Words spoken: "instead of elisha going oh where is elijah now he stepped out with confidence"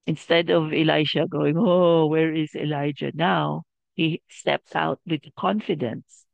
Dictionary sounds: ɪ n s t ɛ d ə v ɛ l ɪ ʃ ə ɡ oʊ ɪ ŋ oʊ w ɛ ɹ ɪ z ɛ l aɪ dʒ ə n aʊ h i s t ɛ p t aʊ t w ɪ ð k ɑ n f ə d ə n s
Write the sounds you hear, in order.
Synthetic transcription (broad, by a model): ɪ n s t ɛ d ə v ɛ l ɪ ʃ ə ɡ oʊ ɪ ŋ oʊ w ɛ ɹ ɪ z ɛ l aɪ dʒ ə n aʊ h i s t ɛ p t aʊ t w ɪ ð k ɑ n f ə d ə n s